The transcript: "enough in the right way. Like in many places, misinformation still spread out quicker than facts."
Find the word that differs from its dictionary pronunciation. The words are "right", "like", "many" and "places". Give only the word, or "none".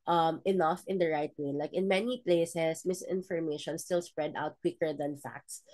places